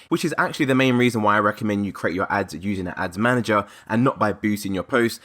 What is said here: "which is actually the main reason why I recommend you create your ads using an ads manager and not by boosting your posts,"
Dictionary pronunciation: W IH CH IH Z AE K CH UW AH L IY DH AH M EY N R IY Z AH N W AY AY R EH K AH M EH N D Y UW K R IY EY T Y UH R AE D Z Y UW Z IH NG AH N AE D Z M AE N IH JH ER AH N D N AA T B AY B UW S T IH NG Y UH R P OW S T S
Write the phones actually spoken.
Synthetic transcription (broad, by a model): W IH CH IH Z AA K CH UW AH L IY DH AH M EY N R IY Z AH N W AY AY R EH K AH M EH N D Y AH K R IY EY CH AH R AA D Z Y UW Z IH NG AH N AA D Z M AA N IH JH ER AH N N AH T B AY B UW T IH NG Y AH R P OW S T